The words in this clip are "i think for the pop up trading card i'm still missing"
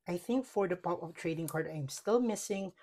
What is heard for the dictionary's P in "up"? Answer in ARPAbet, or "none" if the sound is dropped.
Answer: F